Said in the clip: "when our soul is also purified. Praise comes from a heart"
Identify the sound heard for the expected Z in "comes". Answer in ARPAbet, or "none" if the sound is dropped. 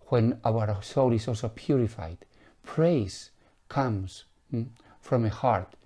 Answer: S